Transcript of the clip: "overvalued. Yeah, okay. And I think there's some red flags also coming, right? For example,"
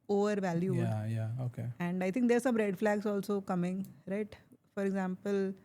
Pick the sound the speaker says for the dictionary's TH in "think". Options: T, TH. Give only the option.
T